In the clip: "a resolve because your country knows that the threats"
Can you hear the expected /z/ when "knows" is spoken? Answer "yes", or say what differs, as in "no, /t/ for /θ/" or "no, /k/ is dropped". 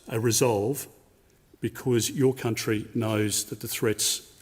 yes